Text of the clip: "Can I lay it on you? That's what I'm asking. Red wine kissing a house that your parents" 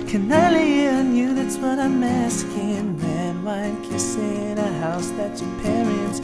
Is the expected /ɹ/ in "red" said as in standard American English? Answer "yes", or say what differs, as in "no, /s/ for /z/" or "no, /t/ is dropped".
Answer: no, /w/ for /ɹ/